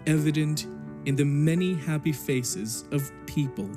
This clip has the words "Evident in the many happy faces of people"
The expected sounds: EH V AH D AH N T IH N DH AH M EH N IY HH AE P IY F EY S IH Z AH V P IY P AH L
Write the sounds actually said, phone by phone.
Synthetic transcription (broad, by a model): EH V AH D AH N T IH N DH AH M EH N IY HH AE P IY F EY S IH Z AH V P IY P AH L